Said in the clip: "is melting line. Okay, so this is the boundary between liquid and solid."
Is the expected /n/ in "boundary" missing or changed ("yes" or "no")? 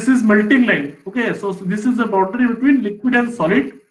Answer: yes